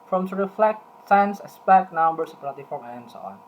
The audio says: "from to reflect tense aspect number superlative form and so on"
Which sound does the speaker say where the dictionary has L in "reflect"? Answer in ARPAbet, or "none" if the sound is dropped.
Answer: L